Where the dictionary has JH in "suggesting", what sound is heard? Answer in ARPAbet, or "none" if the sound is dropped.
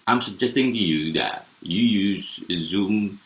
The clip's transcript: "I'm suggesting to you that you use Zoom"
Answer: JH